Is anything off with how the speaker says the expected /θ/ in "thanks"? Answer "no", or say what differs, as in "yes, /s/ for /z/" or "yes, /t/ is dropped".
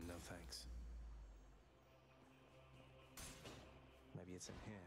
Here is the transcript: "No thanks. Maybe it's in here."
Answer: no